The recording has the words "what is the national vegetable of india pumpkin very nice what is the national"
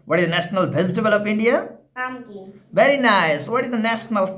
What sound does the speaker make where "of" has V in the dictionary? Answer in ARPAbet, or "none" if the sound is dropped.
P